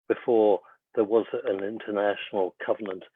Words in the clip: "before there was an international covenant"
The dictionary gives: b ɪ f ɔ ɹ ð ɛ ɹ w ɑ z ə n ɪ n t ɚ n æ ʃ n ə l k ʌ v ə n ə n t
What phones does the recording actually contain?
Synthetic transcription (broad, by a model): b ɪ f ɔ ɹ ð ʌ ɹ w ɑ z ə n ɪ n t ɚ n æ ʃ n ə l k ʌ v ə n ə n t